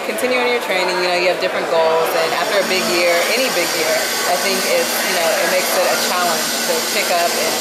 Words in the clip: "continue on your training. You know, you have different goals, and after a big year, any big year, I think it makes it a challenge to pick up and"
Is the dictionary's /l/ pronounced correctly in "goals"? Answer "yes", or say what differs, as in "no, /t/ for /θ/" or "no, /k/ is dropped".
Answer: yes